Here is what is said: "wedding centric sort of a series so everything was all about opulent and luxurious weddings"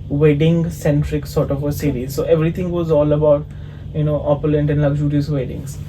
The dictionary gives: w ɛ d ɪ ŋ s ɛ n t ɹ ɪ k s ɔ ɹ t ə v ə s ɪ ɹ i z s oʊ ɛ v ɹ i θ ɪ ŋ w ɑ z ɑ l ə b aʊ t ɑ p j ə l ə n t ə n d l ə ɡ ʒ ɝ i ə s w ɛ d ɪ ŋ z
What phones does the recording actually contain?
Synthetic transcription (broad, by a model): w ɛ d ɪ ŋ s ɛ n t ɹ ɪ k s ɔ ɹ t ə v ə s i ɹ i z s oʊ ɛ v ɹ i t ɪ ŋ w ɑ z ɑ l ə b aʊ t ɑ p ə l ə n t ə n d l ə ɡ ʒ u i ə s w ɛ d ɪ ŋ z